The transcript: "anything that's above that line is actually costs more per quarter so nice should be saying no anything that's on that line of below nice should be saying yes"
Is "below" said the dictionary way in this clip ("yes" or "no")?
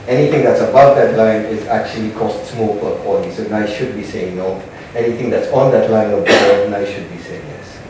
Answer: no